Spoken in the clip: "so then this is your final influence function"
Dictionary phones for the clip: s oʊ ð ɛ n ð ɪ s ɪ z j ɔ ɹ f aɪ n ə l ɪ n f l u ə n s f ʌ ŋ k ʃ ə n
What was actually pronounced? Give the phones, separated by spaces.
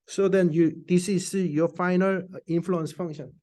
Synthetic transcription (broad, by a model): s oʊ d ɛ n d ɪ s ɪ s j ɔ f aɪ n ə l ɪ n f l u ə n s f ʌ ŋ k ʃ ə n